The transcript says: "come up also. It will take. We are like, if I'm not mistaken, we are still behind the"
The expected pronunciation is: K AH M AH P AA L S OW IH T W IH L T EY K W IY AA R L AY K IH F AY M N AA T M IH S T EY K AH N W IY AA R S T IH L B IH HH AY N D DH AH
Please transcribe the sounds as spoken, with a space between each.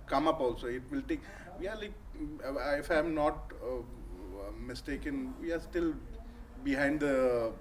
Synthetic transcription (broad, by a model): K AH M AH P AA L S OW IH T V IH L T EY K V IY AA R L AY K IH F AY M N AA T M IH S T EY K AH N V IY AA R S T IH L B IH HH AY N D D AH